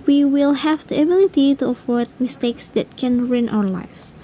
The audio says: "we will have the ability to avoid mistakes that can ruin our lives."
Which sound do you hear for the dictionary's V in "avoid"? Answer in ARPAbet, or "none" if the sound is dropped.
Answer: F